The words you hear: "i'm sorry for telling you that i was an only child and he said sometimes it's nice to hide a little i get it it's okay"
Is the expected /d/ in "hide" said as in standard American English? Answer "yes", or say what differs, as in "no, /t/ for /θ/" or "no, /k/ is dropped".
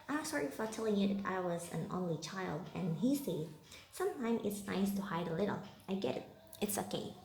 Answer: yes